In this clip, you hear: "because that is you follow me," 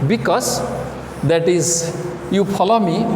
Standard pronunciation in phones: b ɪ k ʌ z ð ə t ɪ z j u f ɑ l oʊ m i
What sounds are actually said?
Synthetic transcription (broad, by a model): b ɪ k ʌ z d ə t ɪ z j u p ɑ l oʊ m i